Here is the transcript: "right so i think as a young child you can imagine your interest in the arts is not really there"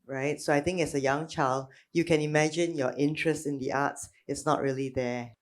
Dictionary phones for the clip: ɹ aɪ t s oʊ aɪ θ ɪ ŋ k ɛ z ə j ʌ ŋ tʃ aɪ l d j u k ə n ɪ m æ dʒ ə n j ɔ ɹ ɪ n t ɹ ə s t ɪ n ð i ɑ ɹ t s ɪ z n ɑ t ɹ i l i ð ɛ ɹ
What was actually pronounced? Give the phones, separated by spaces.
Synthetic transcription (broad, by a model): ɹ aɪ t s oʊ aɪ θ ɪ ŋ k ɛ s ə j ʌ ŋ tʃ aɪ l d j u k ə n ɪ m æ dʒ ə n j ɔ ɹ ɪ n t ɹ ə s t ɪ n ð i ɑ t s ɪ s n ɑ t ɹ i l i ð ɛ